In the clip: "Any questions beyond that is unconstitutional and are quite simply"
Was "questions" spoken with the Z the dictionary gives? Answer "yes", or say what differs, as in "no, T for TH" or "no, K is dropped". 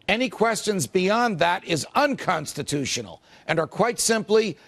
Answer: yes